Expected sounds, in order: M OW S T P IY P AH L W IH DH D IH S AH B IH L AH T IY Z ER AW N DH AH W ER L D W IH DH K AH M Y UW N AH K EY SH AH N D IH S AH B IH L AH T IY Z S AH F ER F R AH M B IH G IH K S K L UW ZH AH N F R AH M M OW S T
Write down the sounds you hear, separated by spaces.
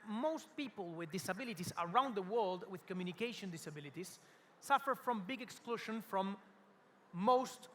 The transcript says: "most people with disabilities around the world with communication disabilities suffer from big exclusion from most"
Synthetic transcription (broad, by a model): M OW S T P IY P AH L W IH DH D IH S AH B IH L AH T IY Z ER AW N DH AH W ER L D W IH DH K AH M Y UW N AH K EY SH AH N D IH S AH B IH L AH T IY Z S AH F ER F R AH M B IH G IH K S K L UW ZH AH N F R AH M M OW S T